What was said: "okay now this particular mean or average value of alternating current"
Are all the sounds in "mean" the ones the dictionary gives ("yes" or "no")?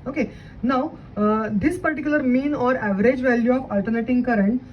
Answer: yes